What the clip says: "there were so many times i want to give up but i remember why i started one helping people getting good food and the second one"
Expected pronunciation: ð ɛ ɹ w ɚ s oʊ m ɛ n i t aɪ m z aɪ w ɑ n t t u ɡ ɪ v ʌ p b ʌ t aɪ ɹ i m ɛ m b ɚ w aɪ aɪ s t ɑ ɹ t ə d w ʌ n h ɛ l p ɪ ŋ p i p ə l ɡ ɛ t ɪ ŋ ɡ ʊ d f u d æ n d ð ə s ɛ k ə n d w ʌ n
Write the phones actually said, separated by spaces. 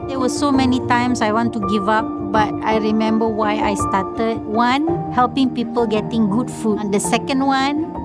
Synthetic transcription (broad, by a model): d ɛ w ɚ s oʊ m ɛ n i t aɪ m s aɪ w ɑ n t t u ɡ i v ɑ p b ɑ t aɪ ɹ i m ɛ m b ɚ w aɪ aɪ s t ɑ t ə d w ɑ n h ɛ l p ɪ ŋ p i p ə l ɡ ɛ t ɪ ŋ ɡ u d f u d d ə s ɛ k ə n d w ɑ n